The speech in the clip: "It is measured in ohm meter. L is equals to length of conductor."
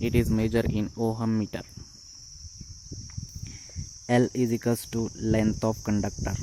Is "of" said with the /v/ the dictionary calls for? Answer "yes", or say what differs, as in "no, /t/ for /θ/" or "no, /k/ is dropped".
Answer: no, /p/ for /v/